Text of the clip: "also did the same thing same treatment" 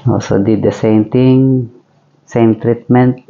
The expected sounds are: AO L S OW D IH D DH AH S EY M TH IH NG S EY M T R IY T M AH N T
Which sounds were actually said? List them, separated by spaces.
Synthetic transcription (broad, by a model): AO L S OW D IH D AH S EY M T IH NG S EY M T R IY T M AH N T